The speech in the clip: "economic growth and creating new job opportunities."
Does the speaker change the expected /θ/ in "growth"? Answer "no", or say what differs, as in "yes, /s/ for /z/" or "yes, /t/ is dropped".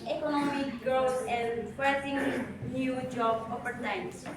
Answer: yes, /s/ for /θ/